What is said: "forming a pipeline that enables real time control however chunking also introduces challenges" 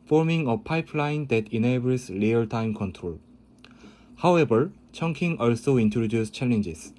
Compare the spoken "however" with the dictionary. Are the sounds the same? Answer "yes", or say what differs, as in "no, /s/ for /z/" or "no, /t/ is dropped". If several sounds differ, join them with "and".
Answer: no, /b/ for /v/